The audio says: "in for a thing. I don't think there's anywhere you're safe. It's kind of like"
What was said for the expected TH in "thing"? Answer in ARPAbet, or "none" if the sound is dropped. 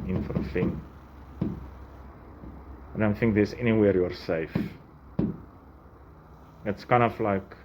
F